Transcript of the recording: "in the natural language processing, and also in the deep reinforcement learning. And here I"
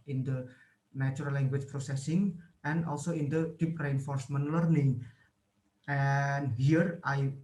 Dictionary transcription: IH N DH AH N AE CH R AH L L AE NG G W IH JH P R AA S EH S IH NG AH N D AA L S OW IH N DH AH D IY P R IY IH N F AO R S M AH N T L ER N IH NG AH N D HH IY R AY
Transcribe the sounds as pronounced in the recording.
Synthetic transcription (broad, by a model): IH N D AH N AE CH AH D L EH NG G W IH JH P R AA S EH S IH NG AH N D AA L S OW IH N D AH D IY P R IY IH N F AO R S M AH N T L ER N IH NG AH N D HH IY R AY